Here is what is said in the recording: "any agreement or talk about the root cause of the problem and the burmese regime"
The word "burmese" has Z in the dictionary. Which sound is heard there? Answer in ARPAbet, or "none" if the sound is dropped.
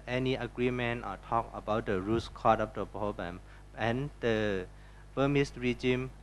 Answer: S